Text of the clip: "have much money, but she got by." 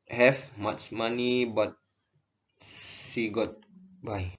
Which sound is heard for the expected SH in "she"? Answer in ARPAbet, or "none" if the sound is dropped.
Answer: S